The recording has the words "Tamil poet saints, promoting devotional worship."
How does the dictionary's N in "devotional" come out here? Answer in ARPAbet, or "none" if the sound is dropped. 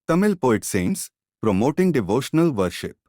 N